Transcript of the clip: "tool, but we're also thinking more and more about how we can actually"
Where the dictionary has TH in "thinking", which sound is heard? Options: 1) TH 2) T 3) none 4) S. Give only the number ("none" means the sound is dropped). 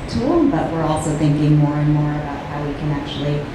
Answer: 1